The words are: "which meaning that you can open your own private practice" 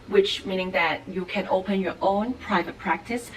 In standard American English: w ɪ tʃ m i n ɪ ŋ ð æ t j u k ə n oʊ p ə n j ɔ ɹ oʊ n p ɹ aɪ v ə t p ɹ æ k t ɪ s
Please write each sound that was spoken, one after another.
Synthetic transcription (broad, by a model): w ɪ tʃ m i n ɪ ŋ ð æ t j u k ə n oʊ p ə n j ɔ ɹ oʊ n p ɹ aɪ v ə t p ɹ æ k t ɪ s